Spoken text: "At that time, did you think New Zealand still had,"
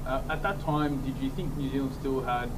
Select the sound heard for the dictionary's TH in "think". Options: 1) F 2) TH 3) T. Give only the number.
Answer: 2